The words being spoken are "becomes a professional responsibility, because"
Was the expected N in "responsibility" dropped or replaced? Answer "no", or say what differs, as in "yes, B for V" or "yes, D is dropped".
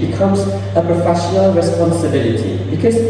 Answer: no